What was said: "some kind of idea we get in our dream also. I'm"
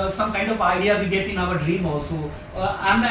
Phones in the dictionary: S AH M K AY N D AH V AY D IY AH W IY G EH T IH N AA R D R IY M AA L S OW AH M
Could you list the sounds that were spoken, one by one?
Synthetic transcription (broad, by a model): S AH M K AY N D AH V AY D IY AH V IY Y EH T IH N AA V D R IY M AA S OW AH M